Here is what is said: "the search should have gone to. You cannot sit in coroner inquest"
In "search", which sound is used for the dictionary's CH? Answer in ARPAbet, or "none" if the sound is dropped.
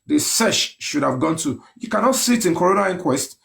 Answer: SH